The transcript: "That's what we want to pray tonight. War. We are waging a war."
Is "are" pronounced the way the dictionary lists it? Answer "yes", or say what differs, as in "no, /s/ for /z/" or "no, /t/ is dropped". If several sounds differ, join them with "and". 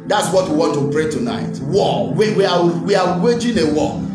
no, /w/ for /ɹ/